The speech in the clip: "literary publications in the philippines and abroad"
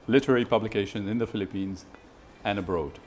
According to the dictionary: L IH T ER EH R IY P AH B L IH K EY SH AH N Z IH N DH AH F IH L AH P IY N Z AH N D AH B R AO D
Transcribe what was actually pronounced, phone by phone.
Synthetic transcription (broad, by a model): L IH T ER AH R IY P AH B L IH K EY SH AH N Z IH N DH AH F IH L AH P IY N Z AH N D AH B R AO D